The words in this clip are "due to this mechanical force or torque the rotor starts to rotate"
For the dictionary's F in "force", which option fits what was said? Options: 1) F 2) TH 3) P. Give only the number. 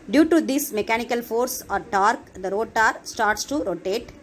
1